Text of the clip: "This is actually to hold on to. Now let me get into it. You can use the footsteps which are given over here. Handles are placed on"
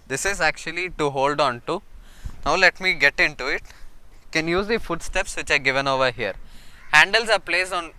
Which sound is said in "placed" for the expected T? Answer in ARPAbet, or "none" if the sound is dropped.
none